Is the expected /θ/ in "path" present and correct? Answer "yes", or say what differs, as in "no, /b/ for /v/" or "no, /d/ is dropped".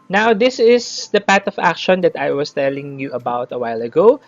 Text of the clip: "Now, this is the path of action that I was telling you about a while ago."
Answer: no, /t/ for /θ/